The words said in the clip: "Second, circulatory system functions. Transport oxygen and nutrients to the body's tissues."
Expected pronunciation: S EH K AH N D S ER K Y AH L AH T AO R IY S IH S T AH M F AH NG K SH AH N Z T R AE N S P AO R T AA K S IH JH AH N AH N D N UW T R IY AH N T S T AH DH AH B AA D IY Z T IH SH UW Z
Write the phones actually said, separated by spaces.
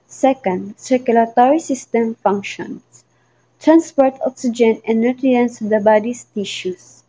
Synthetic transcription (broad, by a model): S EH K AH N D S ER K Y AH L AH T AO R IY S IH S T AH M F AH NG K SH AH N S T R AE N S P AO R T AA K S IH JH AH N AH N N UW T R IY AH N S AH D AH B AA D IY S T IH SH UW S